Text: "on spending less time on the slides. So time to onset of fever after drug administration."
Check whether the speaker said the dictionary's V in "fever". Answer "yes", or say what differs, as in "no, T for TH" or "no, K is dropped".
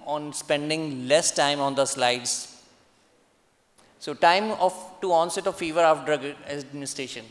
yes